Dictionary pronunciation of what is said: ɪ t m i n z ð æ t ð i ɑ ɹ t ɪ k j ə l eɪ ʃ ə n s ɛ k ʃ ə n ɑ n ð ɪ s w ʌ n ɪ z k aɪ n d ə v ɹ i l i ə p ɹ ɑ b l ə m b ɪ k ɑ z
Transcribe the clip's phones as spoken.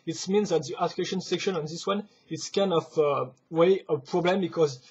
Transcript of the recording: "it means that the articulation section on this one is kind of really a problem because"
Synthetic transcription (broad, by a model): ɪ t m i n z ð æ t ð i t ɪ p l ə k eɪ ʃ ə n s ɛ k ʃ ə n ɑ n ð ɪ s w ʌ n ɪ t k aɪ n d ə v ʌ w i ə p ɹ ɑ b l ə m b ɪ k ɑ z